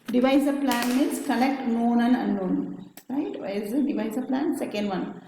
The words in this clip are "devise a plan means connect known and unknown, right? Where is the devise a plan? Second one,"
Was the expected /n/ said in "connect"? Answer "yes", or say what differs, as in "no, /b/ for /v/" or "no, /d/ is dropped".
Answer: no, /l/ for /n/